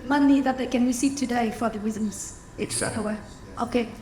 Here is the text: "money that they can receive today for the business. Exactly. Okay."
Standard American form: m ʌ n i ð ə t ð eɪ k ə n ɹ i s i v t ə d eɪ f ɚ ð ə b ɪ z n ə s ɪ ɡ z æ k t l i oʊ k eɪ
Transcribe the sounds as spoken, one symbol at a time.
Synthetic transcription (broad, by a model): m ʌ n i ð ə t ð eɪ k ə n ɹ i s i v t ə d eɪ f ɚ ð ə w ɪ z ə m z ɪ t w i oʊ k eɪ